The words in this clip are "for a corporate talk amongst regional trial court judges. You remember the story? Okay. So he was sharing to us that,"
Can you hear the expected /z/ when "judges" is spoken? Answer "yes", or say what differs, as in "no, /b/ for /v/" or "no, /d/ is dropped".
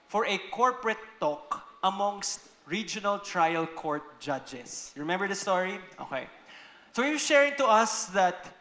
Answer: no, /s/ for /z/